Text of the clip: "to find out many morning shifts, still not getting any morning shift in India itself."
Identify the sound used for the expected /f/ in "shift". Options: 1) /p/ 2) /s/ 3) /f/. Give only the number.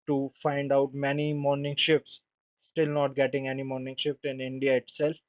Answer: 1